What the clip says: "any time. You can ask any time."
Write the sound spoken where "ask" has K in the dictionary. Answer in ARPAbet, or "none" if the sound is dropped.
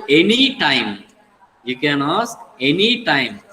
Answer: none